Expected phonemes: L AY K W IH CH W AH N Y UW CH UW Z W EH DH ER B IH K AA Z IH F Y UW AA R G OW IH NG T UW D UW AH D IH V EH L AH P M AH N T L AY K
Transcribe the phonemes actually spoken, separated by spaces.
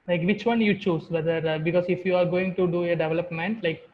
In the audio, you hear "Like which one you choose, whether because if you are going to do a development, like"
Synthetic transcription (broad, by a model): L AY K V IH CH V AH N Y UW CH UW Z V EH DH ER B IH K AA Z IH F Y UW AA R G OW IH NG T UW D UW AH D IH V EH L AH P M AH N T L AY K